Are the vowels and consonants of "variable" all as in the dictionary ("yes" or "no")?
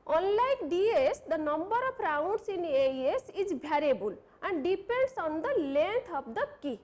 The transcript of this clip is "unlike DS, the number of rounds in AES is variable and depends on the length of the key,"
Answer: no